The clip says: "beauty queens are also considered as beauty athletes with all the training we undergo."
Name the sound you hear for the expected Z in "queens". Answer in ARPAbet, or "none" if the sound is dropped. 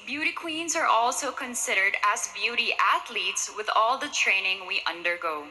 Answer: Z